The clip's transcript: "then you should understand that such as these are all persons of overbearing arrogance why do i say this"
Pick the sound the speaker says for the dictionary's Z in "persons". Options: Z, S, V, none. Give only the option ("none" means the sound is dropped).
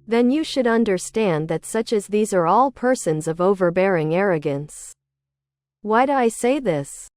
Z